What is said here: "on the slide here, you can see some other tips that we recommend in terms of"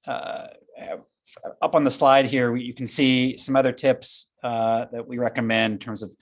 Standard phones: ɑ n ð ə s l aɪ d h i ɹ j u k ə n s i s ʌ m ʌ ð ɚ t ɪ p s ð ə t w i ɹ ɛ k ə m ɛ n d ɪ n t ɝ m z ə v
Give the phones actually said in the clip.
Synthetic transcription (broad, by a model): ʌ n ð ə s l aɪ d h i ɹ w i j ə n s i s ʌ m ʌ ð ɚ t ɪ p s ð ə t w i ɹ ɛ k ə m ɛ n d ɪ n t ɝ m z ə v